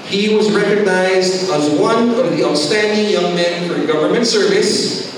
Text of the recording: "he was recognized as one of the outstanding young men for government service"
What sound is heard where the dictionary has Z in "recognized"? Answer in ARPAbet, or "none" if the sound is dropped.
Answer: Z